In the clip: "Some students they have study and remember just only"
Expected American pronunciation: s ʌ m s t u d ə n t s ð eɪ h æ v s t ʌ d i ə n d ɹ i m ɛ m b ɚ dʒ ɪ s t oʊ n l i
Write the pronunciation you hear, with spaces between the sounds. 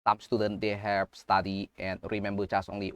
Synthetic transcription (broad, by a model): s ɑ m s t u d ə n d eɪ h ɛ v s t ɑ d i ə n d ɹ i m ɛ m b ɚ tʃ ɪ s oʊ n l i